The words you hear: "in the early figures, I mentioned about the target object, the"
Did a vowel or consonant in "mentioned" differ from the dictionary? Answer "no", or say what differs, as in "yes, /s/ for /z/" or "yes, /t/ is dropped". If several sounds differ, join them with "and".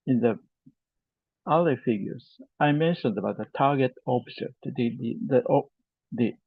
no